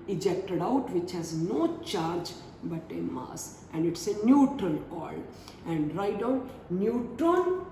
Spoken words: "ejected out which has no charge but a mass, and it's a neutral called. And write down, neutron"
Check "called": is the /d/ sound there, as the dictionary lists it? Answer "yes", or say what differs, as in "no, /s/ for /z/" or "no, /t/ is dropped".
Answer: no, /d/ is dropped